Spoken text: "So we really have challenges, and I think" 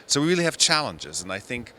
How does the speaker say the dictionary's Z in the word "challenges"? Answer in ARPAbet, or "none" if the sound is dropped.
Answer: Z